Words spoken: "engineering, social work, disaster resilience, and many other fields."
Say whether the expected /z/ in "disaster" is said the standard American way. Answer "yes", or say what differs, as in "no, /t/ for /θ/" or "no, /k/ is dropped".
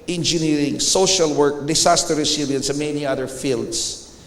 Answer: no, /s/ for /z/